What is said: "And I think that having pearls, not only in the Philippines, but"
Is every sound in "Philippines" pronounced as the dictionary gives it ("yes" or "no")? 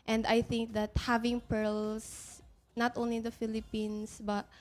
no